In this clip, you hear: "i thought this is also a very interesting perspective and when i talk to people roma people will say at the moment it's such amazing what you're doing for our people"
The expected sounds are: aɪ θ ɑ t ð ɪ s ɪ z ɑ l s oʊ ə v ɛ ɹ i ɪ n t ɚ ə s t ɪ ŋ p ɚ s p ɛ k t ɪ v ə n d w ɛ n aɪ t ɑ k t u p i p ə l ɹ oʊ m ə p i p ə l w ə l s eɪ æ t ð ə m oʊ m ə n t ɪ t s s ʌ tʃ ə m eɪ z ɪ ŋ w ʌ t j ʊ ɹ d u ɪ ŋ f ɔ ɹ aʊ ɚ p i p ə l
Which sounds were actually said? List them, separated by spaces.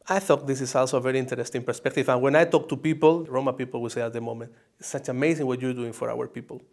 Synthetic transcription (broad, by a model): aɪ θ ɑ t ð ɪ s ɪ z ɑ l s oʊ ə v ɛ ɹ i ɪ n t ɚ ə s t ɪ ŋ p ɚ s p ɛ k t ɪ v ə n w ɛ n aɪ t ɑ k t u p i p ə l ɹ oʊ m ə p i p ə l w ə l s eɪ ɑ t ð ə m oʊ m ə n t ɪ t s s ʌ tʃ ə m eɪ s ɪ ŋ w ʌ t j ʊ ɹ d u ɪ ŋ f ɔ ɹ aʊ ɚ p i p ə l